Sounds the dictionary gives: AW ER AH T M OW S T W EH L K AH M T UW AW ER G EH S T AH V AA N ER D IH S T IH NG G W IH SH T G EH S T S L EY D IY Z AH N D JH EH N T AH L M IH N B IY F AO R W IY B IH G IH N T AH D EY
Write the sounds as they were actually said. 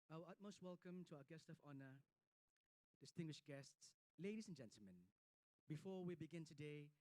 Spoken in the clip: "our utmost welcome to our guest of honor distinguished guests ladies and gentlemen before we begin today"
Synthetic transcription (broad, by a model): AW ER AH T M OW S T W EH L K AH M T UW AW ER G EH S T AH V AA N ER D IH S T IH NG G W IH SH G EH S T S L EY D IY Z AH N JH EH N T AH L M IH N B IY F AO W IY B IH G IH N T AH D EY